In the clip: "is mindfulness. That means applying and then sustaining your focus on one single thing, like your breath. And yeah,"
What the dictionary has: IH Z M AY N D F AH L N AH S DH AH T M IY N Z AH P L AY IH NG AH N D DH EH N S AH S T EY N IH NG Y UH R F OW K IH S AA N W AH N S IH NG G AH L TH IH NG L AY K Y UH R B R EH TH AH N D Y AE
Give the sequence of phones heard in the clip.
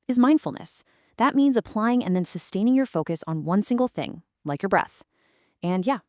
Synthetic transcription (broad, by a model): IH Z M AY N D F L N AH S DH AH T M IY N Z AH P L AY IH NG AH N DH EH N S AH S T EY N IH NG Y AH R F OW K IH S N W AH N S IH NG G L TH IH NG L AY K Y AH R B R EH TH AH N Y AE